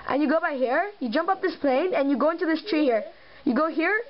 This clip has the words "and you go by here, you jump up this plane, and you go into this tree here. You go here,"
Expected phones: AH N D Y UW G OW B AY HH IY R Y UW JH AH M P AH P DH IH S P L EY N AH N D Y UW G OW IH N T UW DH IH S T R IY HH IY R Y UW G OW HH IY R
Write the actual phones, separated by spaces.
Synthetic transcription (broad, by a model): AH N Y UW G OW B AY HH IY R Y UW JH AH M P AH P DH IH S P L EY N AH N Y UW G OW IH N T UW DH IH S T R IY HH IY R Y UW G OW HH IY R